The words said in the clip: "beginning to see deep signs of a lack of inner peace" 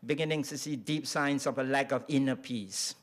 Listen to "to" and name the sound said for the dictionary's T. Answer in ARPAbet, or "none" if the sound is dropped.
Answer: S